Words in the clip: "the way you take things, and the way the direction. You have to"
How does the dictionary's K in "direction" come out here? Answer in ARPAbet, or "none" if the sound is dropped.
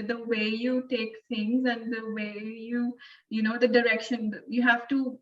K